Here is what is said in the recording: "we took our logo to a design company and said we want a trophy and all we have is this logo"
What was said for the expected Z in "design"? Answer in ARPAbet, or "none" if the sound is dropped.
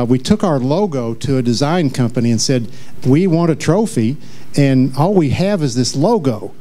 Z